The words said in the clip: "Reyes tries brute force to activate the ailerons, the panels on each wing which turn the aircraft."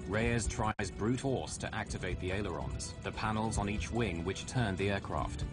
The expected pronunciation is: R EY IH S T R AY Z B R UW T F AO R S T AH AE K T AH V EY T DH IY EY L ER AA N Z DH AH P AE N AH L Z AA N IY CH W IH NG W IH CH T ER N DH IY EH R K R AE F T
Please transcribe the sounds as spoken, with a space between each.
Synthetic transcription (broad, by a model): R EY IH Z T R AY Z B R UW T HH AO S T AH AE K T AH V EY T DH IY EY L ER AA N Z DH AH P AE N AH L Z N IY CH W IH NG W IH CH T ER N DH IY EH K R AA F T